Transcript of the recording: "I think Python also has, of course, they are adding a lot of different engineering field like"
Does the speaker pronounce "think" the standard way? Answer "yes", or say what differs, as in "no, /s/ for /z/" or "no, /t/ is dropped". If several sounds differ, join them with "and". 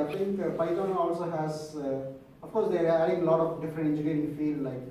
no, /t/ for /θ/